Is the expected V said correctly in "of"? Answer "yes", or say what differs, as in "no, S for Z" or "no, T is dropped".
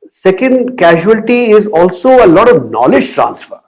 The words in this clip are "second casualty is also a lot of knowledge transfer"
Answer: yes